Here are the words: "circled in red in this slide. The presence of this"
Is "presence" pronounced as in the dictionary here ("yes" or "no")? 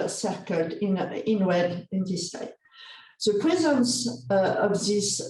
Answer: yes